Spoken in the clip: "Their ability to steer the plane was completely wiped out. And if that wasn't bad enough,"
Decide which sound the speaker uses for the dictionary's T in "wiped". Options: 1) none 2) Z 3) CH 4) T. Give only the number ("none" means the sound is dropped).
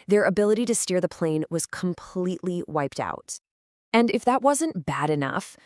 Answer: 4